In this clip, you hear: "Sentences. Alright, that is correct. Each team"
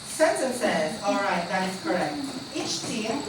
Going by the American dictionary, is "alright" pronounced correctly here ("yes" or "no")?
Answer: yes